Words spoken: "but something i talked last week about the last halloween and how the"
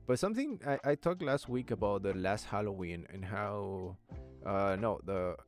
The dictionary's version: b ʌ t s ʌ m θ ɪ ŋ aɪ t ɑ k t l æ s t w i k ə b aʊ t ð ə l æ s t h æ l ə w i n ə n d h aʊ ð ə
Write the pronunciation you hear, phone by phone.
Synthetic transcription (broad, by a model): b ʌ t s ʌ m θ ɪ ŋ aɪ t ɑ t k l æ s t w i k ə b aʊ t ð ə l æ s t h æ l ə w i n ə n h aʊ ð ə